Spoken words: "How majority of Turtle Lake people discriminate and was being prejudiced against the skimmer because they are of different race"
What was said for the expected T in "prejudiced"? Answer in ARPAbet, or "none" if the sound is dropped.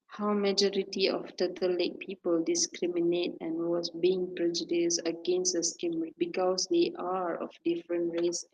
none